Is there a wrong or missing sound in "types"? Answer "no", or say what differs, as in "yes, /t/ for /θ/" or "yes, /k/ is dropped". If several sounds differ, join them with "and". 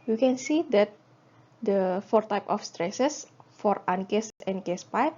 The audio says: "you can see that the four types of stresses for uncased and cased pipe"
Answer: yes, /s/ is dropped